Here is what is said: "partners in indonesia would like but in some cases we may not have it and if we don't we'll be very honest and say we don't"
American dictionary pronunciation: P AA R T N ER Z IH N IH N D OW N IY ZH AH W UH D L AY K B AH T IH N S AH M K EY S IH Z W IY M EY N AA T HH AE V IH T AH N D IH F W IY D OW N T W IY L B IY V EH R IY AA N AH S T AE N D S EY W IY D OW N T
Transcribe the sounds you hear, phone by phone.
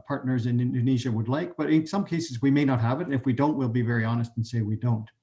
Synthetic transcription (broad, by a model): P AA R T N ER Z IH N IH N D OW N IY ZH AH W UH D L AY K B AH T IH N S AH M K EY S IH Z W IY M EY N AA T HH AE V IH T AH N IH F W IY D OW N T W IY L B IY V EH R IY AA N AH S T N S EY W IY D OW N T